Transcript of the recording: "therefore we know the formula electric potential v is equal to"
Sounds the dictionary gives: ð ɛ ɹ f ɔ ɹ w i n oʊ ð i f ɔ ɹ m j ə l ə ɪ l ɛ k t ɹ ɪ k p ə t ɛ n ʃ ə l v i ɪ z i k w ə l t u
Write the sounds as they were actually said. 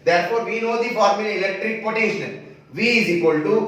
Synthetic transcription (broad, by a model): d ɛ ɹ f ɔ ɹ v i n oʊ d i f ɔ ɹ m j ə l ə ɪ l ɛ k t ɹ ɪ k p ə t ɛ ʃ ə n v i ɪ z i k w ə l t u